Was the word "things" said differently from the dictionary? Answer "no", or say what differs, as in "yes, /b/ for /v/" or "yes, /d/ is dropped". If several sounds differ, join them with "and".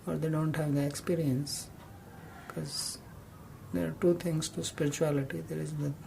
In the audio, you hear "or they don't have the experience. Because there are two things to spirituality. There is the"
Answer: yes, /t/ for /θ/